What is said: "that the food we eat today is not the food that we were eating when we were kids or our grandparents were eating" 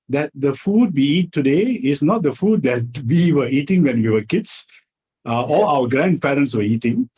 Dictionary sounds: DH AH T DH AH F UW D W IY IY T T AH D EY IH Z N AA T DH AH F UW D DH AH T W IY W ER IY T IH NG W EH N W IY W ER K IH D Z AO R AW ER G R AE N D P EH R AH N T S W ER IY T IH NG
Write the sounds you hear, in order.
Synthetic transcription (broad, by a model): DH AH T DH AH F UW D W IY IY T T AH D EY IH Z N AA T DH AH F UW D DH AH T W IY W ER IY T IH NG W EH N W IY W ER K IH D S AO L AW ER G R AE N D P EH R AH N T S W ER IY T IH NG